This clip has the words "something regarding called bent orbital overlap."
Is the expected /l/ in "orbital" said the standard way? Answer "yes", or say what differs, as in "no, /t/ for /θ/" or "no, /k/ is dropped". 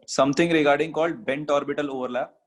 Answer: yes